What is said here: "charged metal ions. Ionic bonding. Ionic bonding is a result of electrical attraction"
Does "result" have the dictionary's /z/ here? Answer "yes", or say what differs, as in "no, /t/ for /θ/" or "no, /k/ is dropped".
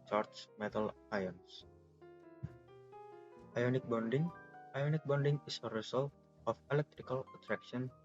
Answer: no, /s/ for /z/